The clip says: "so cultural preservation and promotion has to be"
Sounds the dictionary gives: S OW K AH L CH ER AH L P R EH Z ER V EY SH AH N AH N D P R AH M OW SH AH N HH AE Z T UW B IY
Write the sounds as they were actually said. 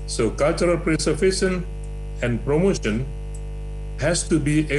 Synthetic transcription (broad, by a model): S OW K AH L CH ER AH L P R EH S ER F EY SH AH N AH N P R AH M OW SH AH N HH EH S T UW B IY